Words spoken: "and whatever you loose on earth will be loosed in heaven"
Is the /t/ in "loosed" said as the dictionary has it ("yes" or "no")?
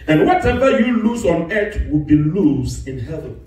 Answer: no